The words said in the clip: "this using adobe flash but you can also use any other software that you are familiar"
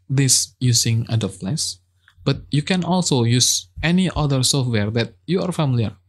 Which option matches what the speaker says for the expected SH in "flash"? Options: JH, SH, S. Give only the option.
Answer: S